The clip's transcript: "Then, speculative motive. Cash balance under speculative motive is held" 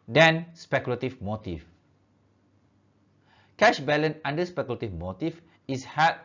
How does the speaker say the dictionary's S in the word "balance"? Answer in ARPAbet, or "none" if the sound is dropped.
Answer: none